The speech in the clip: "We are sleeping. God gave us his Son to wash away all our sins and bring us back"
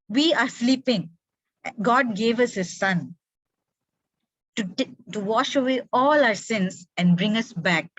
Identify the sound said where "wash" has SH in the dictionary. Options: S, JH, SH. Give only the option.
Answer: SH